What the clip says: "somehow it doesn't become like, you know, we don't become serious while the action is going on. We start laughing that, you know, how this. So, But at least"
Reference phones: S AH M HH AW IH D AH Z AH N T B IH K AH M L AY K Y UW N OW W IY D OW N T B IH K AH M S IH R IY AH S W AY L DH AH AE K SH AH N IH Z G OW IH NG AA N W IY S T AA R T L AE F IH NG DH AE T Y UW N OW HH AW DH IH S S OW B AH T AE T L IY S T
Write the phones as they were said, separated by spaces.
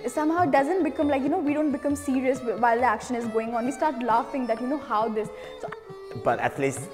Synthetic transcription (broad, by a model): S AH M HH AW IH D AH Z AH N T B IH K AH M L AY K Y UW N OW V IY D OW N T B IH K AH M S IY R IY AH S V AY L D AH AE K SH AH N IH Z G OW IH NG AA N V IY S T AA R T L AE F IH NG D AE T Y UW N OW HH AW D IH S S OW B AH T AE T L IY S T